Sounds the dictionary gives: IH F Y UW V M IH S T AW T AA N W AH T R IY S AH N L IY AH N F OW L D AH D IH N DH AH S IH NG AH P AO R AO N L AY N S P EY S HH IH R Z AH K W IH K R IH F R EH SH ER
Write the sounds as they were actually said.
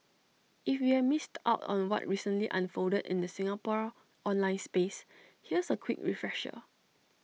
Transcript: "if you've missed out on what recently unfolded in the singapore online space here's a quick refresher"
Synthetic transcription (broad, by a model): IH F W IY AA M IH S T AW T AA N W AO T R IY S AH N L IY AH N F OW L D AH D IH N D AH S IH NG AH P AO R AO N L AY N S P EY S HH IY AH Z AH K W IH K R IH F R EH SH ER